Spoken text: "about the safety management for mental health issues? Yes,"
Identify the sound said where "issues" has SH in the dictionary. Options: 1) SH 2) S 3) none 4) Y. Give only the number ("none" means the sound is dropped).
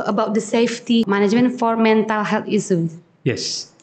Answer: 2